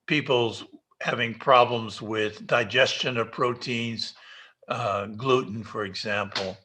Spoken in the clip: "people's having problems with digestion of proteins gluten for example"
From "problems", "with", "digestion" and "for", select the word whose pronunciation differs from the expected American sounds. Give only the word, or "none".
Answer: none